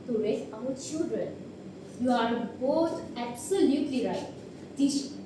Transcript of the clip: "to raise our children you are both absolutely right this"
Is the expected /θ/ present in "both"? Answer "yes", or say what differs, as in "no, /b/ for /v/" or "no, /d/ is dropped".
no, /t/ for /θ/